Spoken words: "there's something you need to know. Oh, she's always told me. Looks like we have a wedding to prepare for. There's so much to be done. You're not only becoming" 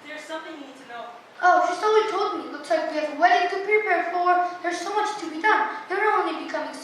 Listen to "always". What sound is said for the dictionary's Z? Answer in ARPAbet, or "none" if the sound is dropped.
none